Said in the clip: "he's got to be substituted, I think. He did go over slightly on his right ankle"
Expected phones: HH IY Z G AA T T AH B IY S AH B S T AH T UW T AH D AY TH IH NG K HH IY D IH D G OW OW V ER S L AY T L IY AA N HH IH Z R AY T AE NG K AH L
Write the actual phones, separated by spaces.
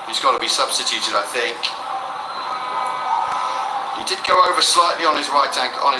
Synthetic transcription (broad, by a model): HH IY Z G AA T T AH B IY S AH B S T AH T UW T AH D AY TH IH NG K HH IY D IH D G OW OW V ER S L AY T L IY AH N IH Z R AY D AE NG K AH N